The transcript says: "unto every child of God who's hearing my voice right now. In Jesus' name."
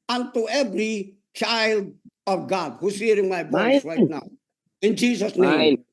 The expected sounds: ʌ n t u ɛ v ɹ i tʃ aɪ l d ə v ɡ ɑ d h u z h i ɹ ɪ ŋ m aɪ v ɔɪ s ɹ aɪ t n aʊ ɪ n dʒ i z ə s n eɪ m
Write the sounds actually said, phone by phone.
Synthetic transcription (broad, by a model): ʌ n t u ɛ v ɹ i tʃ aɪ l d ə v ɡ ɑ d h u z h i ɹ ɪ ŋ m aɪ b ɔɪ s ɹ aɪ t n aʊ ɪ n dʒ i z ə s n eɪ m